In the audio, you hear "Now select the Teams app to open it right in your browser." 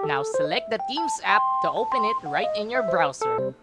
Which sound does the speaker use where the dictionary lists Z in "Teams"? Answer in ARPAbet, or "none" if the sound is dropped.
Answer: S